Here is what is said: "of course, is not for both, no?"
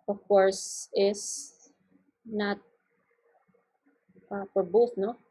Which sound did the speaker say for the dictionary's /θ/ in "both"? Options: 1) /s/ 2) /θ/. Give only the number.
1